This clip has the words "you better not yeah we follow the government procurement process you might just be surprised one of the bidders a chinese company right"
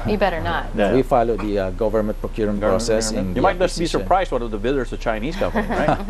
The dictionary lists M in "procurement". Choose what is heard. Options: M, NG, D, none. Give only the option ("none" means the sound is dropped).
none